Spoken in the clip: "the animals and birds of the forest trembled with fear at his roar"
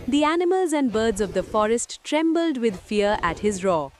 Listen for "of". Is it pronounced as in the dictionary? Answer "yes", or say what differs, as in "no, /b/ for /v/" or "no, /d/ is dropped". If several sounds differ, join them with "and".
yes